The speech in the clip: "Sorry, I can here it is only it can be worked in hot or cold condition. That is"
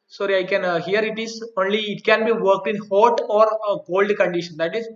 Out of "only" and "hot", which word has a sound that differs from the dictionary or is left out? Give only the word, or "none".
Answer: none